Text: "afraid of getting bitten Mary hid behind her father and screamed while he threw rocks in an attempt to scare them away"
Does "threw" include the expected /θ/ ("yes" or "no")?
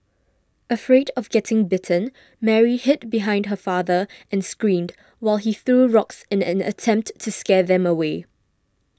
yes